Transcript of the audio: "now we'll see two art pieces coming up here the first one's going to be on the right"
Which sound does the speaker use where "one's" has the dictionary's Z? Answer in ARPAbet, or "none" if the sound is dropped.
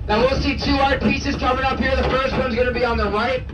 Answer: Z